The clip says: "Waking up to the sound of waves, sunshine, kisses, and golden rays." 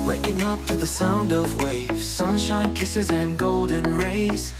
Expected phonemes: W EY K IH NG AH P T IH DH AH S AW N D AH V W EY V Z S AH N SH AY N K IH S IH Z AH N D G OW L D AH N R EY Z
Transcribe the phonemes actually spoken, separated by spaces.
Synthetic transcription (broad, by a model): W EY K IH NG AH P T IH DH AH S AW N D AH V W EY V Z S AH N SH AY N K IH S IH Z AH N G OW L D AH N R EY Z